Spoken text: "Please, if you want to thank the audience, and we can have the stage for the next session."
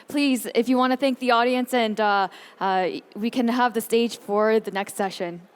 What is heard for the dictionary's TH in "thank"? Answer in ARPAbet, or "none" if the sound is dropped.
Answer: TH